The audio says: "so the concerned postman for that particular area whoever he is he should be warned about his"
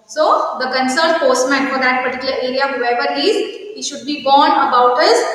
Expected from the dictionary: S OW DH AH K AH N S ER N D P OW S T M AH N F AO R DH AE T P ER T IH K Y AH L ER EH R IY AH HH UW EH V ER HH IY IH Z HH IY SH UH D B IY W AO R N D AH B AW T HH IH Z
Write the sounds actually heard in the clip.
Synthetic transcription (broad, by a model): S OW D AH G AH N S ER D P OW S T M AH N F AO R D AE T P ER T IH K Y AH L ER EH R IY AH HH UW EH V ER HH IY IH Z HH IY SH UH D B IY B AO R N AH B AW T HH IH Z